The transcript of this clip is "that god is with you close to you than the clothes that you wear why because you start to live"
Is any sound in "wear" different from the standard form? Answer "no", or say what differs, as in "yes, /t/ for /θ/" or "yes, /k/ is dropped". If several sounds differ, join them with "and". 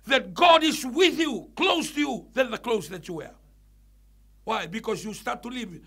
no